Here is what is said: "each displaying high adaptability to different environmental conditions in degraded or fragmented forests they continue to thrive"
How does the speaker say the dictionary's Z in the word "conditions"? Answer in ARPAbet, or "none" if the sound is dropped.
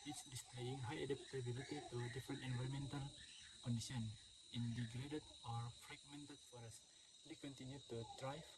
none